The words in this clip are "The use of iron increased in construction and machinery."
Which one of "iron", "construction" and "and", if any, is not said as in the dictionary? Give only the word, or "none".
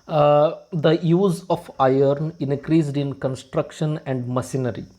none